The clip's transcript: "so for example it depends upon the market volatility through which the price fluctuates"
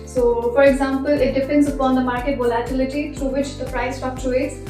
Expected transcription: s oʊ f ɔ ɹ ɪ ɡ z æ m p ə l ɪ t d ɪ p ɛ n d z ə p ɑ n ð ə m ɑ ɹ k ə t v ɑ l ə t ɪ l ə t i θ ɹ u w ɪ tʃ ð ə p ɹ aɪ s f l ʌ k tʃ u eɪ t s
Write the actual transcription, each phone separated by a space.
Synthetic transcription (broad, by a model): s oʊ f ɔ ɹ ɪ ɡ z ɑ m p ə l ɪ t d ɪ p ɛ n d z ə p ɑ n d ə m ɑ ɹ k ə t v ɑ l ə t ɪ l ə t i t ɹ u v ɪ tʃ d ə p ɹ aɪ s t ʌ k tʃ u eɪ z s